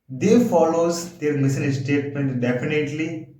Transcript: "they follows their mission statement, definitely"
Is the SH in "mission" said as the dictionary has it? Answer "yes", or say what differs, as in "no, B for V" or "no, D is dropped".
no, S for SH